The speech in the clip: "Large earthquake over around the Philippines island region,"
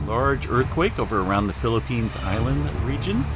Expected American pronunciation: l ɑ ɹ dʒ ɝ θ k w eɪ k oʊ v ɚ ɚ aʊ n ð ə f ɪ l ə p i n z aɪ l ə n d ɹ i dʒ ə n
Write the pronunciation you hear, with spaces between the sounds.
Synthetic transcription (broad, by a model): l ɑ ɹ dʒ ɝ θ k w eɪ k oʊ v ɚ ɚ aʊ n ð ə f ɪ l ə p i n z aɪ l ə n d ɹ i dʒ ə n